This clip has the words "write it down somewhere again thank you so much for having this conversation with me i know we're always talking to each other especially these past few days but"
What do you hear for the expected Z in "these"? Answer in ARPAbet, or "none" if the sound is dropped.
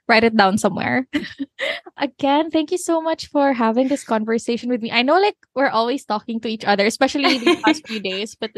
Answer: none